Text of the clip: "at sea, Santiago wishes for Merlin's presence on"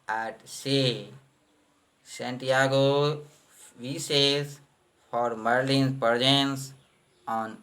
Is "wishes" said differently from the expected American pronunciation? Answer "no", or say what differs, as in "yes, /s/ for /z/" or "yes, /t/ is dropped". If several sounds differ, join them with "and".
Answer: yes, /s/ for /ʃ/